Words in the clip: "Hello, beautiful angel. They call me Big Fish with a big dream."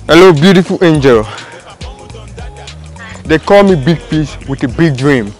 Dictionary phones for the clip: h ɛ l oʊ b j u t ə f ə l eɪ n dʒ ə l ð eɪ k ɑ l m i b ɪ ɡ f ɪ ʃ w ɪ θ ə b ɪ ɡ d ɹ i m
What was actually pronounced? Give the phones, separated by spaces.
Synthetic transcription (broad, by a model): h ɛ l oʊ b j u t ə f ə l eɪ n dʒ ə l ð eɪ k ɑ l m i b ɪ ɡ p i s w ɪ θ ə b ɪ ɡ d ɹ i m